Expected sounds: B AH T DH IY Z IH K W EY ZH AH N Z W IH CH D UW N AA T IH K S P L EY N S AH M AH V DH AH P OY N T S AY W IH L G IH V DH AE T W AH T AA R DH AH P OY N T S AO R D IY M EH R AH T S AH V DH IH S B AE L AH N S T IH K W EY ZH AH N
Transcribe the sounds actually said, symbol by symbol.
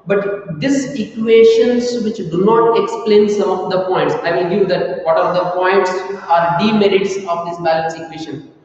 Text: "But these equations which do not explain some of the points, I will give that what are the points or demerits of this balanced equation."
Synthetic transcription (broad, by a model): B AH T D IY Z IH K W EY SH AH N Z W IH CH D UW N AA T IH K S P L EY N S AH M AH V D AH P OY N T S AY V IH L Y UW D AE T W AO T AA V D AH P OY N T S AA R D IY M EH R AH T S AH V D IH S B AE L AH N S IH K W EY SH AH N